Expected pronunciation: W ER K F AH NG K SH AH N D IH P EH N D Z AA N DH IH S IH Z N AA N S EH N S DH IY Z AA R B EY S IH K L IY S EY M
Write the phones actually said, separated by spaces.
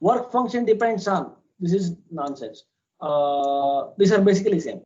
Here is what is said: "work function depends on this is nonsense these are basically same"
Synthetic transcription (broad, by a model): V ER K F AH NG K SH AH N D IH P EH N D S AA N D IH S IH Z N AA N S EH N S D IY S AA R B EY S IH K L IY S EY M